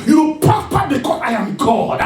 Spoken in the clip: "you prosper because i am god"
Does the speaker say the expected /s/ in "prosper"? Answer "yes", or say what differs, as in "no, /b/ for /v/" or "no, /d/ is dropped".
no, /s/ is dropped